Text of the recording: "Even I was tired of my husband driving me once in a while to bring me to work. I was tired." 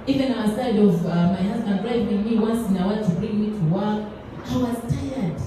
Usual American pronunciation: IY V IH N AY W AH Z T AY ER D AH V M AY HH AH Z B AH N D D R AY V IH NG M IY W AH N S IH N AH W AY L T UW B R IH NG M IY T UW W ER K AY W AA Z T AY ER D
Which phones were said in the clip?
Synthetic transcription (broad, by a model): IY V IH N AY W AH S AY D AH V M AY HH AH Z B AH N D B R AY W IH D M IY W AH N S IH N AH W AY T UW B R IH NG M IY T UW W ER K AY W AA Z T AY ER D